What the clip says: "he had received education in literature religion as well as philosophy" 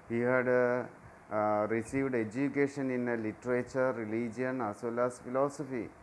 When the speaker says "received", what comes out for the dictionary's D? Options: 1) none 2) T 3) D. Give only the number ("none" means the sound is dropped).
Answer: 3